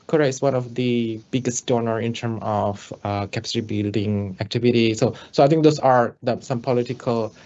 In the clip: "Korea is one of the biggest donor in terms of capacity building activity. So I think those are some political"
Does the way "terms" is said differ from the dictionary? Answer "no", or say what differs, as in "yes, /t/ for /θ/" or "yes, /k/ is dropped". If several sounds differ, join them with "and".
yes, /z/ is dropped